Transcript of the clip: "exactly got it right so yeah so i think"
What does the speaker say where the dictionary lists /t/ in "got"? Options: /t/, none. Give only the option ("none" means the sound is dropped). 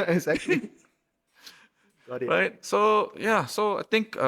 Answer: none